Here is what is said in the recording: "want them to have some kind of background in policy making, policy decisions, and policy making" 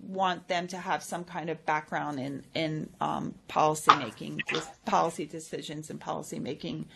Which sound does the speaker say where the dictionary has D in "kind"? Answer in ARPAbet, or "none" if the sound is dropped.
D